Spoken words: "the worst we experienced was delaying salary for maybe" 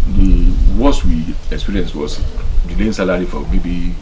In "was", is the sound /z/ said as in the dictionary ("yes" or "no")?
no